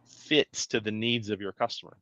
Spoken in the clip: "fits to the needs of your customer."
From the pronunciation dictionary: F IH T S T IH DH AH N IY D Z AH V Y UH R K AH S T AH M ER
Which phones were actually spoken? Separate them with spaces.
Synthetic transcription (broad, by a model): F IH T S T IH DH AH N IY D Z AH V Y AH R K AH S T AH M ER